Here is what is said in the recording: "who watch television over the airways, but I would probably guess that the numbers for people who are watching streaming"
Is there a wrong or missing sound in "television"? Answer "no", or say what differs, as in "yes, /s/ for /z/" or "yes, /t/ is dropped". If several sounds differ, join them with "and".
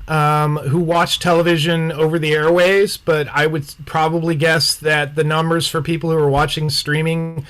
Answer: no